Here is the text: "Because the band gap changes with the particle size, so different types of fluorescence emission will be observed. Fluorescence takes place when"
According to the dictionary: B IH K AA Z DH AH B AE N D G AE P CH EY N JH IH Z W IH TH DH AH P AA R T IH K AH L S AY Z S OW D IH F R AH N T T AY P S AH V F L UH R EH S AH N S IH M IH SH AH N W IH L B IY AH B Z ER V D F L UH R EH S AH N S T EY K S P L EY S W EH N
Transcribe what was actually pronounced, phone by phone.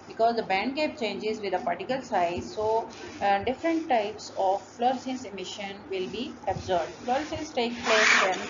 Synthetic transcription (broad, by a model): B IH K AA Z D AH B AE N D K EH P CH EY N JH IH Z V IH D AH P AA R T IH K AH L S AY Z S OW D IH F R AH N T T AY P S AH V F L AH R S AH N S IH M IH SH AH N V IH L B IY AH B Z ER B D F L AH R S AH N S T EY K P L EY S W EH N